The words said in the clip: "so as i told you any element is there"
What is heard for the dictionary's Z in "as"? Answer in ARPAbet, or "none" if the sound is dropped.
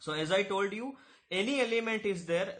Z